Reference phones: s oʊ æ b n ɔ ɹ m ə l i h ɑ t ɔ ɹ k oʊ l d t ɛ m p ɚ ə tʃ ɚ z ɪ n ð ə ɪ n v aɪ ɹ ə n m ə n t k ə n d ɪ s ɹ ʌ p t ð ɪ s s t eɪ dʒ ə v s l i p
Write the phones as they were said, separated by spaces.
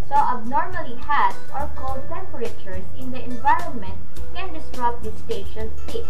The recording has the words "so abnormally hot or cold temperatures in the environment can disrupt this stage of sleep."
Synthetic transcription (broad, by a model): s oʊ æ b n ɔ ɹ m ə l i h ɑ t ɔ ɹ k oʊ l d t ɛ m p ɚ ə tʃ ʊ s ɪ n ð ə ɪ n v aɪ ɹ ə n m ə n t k ə n d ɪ s ɹ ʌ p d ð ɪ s s t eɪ ʃ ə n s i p